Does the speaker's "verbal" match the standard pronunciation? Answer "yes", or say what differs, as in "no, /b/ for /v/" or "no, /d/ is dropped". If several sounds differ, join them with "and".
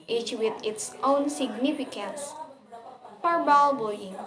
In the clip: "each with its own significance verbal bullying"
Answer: no, /p/ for /v/